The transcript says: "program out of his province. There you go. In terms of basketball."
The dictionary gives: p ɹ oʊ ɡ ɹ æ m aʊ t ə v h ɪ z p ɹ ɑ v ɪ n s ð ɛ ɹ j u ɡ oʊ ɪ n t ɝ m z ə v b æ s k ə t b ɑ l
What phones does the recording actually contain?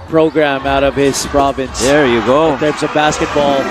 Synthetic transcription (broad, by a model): p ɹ oʊ ɡ ɹ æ m aʊ t ə v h ɪ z p ɹ ɑ v ɪ n s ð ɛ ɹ j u ɡ oʊ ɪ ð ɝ z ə b æ s k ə t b ɑ l